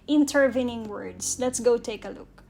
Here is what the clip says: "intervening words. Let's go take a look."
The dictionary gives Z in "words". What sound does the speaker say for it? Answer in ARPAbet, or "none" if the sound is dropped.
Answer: S